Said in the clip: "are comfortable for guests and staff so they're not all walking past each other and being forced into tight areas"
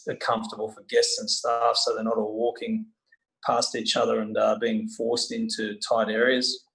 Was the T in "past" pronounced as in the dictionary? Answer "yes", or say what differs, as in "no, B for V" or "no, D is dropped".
yes